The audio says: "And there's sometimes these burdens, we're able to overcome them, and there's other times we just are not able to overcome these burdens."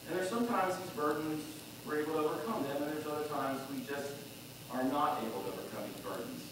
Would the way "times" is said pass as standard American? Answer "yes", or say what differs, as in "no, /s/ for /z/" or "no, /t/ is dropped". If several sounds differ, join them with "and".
yes